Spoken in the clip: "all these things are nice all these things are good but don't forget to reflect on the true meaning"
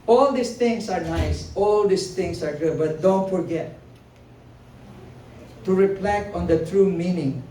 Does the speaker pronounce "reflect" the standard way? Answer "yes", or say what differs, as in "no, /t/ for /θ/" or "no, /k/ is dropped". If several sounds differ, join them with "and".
no, /p/ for /f/ and /t/ is dropped